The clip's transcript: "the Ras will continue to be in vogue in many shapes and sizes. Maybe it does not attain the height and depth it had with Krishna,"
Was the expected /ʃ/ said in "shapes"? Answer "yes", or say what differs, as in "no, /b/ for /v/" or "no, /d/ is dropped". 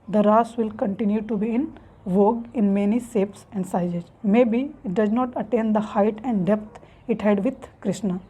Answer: no, /s/ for /ʃ/